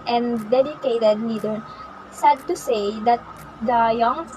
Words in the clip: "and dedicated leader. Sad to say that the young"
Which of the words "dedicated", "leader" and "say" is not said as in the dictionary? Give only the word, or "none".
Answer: leader